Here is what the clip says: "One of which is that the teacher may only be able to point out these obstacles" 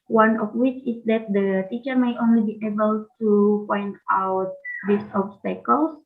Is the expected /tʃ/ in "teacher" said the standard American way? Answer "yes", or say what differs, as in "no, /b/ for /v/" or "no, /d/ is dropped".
yes